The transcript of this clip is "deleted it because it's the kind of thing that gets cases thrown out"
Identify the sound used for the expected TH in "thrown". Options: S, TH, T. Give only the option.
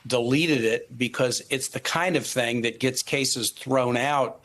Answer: TH